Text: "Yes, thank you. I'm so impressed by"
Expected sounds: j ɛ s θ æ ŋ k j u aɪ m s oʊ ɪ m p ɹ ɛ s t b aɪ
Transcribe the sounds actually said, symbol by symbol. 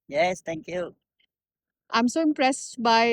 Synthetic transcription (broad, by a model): j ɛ s t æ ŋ k j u aɪ m s oʊ ɪ m p ɹ ɛ s t b aɪ